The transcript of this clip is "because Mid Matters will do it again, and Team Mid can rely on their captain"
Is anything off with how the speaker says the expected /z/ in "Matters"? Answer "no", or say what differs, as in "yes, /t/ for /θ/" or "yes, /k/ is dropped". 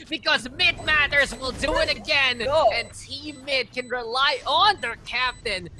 no